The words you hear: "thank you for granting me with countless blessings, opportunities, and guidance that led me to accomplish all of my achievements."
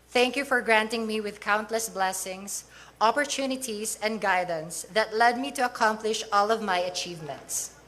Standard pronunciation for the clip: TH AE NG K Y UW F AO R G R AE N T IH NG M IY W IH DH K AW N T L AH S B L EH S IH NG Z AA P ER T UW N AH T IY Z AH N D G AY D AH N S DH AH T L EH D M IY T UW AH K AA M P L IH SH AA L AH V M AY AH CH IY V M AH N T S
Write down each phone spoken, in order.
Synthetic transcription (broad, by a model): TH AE NG K Y UW F AO R G R AE N T IH NG M IY W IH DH K AW N T L AH S B L EH S IH NG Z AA P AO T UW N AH T IY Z AH N D G AY D AH N S DH AH T L EH D M IY T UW AH K AA M P L IH SH AA L AH V M AY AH CH IY V M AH N T S